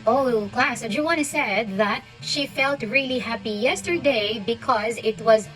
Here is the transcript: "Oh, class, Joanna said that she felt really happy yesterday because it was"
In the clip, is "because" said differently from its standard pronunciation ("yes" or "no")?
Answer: no